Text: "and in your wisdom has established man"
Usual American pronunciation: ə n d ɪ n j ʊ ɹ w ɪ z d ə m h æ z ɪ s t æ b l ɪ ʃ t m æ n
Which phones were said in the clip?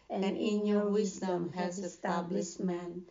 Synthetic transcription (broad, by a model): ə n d ɪ n j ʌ ɹ w ɪ z d ə m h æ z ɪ s t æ b l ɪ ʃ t m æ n